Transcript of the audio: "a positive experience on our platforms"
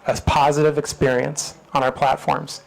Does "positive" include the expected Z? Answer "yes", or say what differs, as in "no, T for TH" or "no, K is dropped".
yes